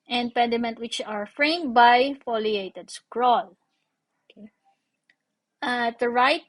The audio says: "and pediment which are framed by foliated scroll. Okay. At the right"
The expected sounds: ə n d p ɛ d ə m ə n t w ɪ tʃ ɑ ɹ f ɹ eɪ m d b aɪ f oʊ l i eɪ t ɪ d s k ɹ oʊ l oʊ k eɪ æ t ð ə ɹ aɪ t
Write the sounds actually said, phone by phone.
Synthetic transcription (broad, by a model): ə n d p ɛ d ə m ə n t w ɪ tʃ ɑ ɹ f ɹ eɪ m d b aɪ f oʊ l i eɪ t ɪ d s k ɹ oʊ l oʊ k eɪ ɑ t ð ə ɹ aɪ t